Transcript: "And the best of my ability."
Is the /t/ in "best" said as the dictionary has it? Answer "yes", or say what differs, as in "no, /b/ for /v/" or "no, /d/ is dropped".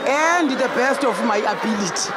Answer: yes